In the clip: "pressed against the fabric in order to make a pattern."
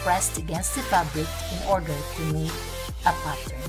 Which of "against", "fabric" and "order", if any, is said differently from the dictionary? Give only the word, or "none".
fabric